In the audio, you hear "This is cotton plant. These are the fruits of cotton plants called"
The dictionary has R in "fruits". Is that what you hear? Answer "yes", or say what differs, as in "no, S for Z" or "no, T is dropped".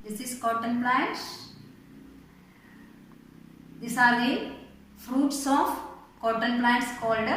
yes